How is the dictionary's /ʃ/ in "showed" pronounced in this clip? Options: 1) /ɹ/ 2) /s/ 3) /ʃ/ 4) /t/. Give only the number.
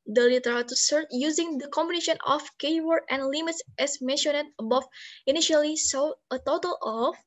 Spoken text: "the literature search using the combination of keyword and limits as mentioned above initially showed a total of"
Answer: 2